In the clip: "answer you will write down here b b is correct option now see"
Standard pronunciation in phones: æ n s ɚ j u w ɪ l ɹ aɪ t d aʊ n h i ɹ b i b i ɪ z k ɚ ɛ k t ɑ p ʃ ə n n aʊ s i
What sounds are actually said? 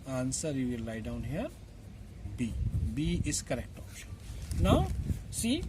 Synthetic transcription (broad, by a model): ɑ n s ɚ j u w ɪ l l aɪ d aʊ n h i ɹ b i b i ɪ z k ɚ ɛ k t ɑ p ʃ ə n n aʊ s i